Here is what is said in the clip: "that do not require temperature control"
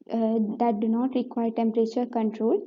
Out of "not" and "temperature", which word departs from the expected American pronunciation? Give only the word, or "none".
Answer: none